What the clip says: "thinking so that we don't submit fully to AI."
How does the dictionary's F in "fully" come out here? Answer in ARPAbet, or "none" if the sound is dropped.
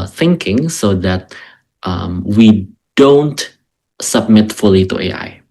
F